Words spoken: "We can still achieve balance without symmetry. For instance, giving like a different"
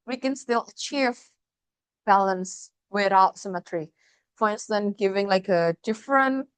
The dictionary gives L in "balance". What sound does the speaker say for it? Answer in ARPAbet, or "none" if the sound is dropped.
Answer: L